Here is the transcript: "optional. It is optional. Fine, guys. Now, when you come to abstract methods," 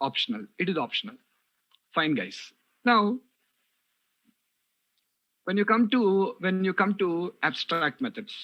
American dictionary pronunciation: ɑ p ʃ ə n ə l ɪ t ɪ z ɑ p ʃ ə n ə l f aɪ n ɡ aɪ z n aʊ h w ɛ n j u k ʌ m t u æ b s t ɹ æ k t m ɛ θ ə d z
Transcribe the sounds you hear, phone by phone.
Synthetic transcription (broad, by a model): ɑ p ʃ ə n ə l ɪ t ɪ z ɑ p ʃ ə n ə l f aɪ n ɡ aɪ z n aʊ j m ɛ n j u k ʌ m t u æ b s t ɹ æ k t m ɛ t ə d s